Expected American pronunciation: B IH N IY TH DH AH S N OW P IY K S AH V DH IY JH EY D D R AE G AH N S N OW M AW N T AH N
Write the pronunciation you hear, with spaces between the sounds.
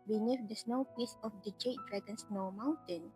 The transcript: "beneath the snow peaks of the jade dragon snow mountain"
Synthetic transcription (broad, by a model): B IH N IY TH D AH S N OW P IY S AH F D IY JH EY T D R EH G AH N S N OW M AW N T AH N